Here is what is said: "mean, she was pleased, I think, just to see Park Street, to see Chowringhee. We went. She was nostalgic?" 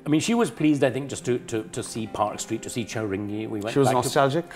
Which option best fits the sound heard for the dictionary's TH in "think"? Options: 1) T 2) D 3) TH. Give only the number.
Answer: 3